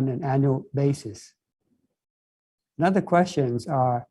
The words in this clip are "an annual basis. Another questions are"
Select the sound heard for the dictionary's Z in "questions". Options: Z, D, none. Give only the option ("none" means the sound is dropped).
Z